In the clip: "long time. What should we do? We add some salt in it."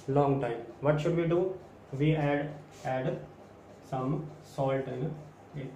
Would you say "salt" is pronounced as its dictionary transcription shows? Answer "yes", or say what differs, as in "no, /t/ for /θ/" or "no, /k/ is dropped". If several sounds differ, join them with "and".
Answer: yes